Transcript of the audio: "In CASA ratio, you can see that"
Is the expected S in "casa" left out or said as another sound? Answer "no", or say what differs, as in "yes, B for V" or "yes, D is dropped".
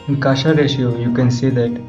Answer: yes, SH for S